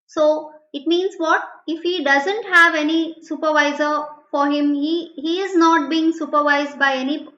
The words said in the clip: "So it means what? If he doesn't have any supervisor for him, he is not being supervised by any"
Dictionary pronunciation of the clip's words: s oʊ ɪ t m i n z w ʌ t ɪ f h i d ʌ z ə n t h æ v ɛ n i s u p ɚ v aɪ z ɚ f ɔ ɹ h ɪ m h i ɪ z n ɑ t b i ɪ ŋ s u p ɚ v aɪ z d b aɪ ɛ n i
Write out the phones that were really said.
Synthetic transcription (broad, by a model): s oʊ ɪ t m i n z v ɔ t ɪ f h i d ʌ z ə n t h æ v ɛ n i s u p ɚ v aɪ z ɚ f ɔ ɹ h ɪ m h i ɪ z n ɑ t b i ɪ ŋ s u p ɚ v aɪ z d b aɪ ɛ n i